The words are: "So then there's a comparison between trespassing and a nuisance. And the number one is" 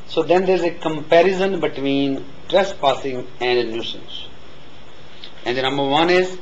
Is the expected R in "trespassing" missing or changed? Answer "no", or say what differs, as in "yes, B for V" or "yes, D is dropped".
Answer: no